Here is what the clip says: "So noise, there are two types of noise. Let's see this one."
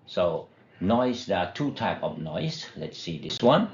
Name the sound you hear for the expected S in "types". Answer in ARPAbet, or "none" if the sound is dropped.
none